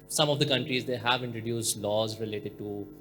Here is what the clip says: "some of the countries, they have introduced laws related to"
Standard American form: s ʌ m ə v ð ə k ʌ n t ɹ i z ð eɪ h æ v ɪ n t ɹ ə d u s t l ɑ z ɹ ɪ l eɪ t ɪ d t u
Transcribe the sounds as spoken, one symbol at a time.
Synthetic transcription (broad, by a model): s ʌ m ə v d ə k ʌ n t ɹ i z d eɪ h æ v ɪ n t ɹ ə d u s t l ɑ z ɹ ɪ l eɪ t ɪ d t u